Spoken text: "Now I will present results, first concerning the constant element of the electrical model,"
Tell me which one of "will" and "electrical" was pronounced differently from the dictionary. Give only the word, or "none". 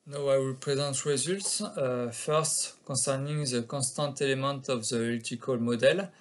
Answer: electrical